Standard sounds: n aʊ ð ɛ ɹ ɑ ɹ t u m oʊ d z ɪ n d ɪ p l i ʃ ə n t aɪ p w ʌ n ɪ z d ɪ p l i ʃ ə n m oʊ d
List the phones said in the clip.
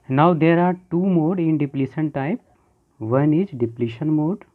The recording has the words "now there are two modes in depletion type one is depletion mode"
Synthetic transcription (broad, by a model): n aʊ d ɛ ɹ ɑ ɹ t u m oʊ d ɪ n d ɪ p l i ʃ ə n t aɪ p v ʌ n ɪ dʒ d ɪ p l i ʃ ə n m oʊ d